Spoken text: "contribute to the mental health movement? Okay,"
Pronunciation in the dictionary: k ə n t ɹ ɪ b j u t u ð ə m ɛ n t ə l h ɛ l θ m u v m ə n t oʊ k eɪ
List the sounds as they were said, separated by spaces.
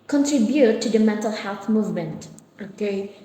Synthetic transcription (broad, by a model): k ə n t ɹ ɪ b j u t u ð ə m ɛ n t ə l h ɛ l θ m u v m ə n t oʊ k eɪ